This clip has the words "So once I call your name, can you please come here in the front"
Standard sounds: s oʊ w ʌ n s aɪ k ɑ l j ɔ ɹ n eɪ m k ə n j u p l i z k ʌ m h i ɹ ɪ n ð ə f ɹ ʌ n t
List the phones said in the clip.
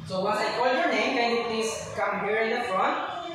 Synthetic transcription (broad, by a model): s oʊ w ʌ s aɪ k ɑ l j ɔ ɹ n eɪ m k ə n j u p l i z k ʌ m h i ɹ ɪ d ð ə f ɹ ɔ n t